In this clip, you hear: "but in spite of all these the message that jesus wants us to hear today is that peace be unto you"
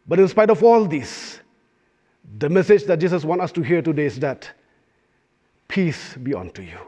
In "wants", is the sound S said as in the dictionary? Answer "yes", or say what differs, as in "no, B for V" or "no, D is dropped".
no, S is dropped